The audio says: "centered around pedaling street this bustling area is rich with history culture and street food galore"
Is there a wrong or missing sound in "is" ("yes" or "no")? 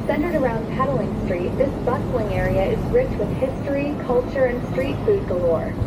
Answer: no